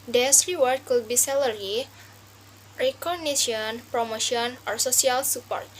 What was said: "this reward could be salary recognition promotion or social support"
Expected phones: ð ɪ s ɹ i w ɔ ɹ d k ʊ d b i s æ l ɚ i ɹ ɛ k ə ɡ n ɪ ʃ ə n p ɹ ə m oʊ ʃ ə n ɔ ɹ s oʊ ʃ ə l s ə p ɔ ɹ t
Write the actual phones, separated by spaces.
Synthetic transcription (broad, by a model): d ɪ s ɹ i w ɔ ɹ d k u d b i s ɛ l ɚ i ɹ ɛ k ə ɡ n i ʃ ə n p ɹ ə m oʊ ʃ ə n ɔ ɹ s oʊ s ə l s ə p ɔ ɹ t